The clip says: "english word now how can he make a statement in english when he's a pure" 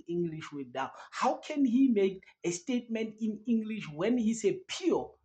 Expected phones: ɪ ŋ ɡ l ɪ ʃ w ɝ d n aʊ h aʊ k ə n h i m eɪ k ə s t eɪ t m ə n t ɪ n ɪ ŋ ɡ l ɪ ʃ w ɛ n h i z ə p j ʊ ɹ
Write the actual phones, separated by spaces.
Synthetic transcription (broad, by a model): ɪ ŋ ɡ l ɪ ʃ w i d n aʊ h aʊ k ə n h i m eɪ k ə s t eɪ t m ə n t ɪ n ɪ ŋ ɡ l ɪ ʃ w ɛ n h i s ə p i